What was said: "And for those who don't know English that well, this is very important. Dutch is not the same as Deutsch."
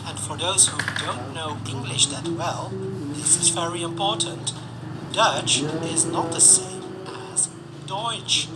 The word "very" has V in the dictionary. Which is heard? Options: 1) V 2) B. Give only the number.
1